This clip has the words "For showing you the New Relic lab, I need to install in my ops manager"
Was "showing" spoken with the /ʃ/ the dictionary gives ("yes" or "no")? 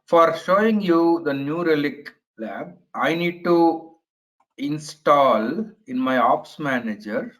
yes